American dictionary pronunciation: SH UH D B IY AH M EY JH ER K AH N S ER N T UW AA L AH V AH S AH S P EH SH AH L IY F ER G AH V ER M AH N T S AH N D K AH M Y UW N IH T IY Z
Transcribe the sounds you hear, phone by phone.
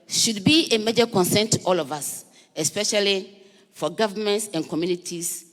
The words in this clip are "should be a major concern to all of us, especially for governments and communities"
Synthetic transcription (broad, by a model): SH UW D B IY AH M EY JH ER K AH N S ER N T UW AA L AH V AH S AH S P EH SH AH L IY F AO G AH V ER M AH N T S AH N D K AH M Y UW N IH T IY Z